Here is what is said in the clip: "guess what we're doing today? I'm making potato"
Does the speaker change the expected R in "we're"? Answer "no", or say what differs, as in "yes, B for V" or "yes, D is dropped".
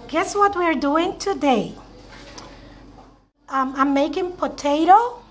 no